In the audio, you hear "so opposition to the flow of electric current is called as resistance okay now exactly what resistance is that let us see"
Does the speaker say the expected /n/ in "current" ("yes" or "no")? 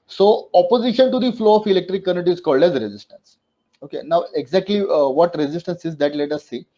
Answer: no